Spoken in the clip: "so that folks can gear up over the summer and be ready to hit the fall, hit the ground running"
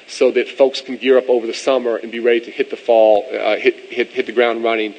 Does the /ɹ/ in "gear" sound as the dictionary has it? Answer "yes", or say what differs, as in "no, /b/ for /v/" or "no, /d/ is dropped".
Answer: yes